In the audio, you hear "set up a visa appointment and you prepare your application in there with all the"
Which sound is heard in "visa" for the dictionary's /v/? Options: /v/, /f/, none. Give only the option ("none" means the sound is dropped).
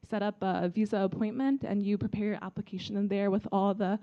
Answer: /v/